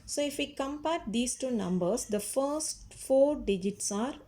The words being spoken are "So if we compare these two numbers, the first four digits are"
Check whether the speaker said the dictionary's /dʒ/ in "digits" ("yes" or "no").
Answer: yes